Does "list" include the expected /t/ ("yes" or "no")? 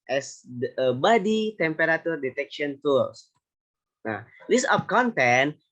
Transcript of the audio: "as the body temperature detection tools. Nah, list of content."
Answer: no